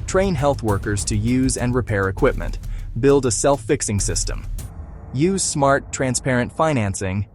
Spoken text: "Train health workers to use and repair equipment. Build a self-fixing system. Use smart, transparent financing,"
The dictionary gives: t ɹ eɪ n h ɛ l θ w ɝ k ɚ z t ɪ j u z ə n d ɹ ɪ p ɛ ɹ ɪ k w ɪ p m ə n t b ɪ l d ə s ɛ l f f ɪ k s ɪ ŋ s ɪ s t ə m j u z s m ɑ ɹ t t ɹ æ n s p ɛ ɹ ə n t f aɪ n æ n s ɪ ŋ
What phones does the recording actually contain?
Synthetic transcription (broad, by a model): t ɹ eɪ n h ɛ l θ w ɝ k ɚ z t ɪ j u z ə n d ɹ ɪ p ɛ ɹ ɪ k w ɪ p m ə n t b ɪ l d ə s ɛ l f f ɪ k s ɪ ŋ s ɪ s t ə m j u z s m ɑ ɹ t t ɹ æ n s p ɛ ɹ ə n t f aɪ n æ n s ɪ ŋ